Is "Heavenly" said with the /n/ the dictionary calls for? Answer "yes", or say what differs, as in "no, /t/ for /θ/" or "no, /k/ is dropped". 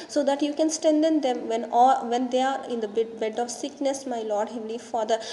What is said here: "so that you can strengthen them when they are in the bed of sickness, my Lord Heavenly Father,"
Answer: no, /n/ is dropped